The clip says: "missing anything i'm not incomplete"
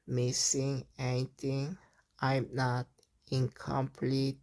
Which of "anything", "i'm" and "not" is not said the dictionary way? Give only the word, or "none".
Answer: anything